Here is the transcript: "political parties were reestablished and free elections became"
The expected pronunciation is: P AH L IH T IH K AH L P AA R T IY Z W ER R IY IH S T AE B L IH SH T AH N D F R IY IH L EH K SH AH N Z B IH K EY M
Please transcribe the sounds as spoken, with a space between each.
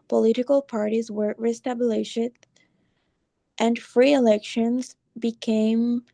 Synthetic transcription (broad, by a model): P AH L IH T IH K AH L P AA R T IY Z W ER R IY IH S T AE B L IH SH T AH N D F R IY IH L EH K SH AH N Z B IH K EY M